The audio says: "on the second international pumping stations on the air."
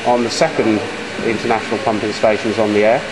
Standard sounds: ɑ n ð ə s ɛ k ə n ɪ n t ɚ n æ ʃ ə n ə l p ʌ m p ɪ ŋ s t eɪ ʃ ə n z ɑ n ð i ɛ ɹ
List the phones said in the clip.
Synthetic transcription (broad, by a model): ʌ n ð ə s ɛ k ə n ɪ n t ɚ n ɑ ʃ ə n ə l p ʌ m p ɪ ŋ s t eɪ ʃ ə n z n ð i ɛ